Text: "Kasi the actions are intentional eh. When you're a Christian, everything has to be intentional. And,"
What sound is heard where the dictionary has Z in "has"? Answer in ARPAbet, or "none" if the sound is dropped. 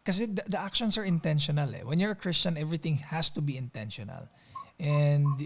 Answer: S